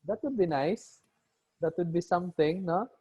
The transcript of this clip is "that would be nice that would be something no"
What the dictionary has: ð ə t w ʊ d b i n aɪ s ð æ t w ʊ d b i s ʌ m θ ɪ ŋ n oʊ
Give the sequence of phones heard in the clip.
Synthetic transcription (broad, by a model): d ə t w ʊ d b i n aɪ s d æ t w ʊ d b i s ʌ m t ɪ ŋ n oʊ